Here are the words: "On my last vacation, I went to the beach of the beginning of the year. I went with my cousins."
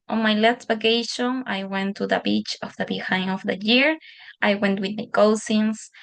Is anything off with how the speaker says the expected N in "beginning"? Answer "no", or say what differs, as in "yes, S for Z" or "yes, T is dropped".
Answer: yes, N is dropped